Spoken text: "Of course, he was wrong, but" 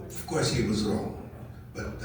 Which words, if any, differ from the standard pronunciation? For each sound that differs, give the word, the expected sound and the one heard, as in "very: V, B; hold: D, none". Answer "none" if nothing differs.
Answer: none